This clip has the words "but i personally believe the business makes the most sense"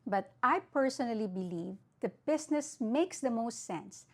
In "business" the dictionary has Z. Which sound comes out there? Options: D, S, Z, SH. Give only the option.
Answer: S